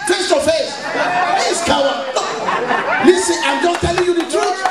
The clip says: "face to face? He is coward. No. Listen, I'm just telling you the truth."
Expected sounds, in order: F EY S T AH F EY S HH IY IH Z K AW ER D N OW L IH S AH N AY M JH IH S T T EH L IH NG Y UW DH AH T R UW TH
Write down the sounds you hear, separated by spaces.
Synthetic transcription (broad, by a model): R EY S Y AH F EY S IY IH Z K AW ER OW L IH S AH AY M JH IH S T T EH L IH NG Y UW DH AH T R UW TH